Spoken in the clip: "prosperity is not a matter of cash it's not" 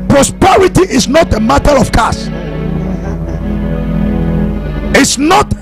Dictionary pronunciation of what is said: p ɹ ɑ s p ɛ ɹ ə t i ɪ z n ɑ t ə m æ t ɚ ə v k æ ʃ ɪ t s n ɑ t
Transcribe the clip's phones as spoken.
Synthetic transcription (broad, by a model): p ɹ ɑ s p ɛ ɹ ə t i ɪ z n ɑ t ə m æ t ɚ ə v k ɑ s ɪ t s n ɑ t